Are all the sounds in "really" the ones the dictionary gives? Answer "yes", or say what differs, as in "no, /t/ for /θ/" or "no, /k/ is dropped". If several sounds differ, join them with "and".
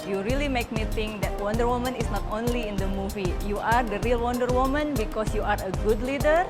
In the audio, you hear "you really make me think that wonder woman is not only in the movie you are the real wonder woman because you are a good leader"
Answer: yes